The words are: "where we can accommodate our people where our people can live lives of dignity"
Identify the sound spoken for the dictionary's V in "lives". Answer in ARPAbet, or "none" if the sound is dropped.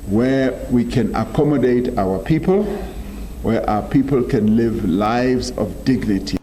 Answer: V